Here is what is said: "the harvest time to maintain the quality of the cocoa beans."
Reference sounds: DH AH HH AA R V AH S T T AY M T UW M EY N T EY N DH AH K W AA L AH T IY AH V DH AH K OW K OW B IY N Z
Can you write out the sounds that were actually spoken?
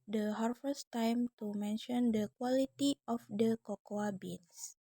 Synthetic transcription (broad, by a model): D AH HH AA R F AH S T T AY M T UW M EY N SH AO N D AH K W AA L AH T IY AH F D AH K OW K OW B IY N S